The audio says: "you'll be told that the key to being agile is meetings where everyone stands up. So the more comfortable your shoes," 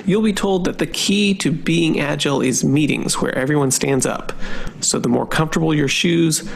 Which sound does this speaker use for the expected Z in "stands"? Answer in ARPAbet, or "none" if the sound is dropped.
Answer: Z